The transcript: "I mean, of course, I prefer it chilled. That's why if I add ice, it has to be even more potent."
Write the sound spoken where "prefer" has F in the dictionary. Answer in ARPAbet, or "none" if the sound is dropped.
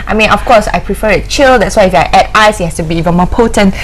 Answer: F